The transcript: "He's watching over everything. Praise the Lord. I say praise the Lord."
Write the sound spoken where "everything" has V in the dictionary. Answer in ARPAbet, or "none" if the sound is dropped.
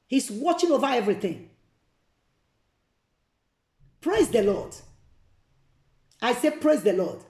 V